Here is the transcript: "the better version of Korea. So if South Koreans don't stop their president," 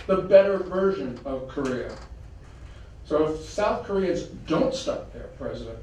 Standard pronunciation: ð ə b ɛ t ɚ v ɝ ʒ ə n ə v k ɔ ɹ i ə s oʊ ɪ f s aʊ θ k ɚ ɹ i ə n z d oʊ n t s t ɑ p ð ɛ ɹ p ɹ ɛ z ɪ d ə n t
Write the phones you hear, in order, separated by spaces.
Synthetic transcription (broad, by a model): ð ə b ɛ t ɚ v ɝ ʒ ə n ə v k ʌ ɹ i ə s oʊ ɪ f s aʊ θ k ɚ ɹ i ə z d oʊ n t s t ɑ p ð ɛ ɹ p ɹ ɛ z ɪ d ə n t